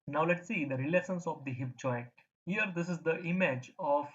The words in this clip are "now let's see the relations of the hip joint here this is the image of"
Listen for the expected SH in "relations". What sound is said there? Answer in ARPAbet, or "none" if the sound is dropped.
S